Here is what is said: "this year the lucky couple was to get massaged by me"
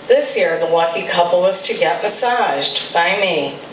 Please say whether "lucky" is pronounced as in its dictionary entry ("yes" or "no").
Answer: no